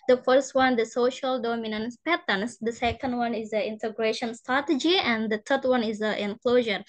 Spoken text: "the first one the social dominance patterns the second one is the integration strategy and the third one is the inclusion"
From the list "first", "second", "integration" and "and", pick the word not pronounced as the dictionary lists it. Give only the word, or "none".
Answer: none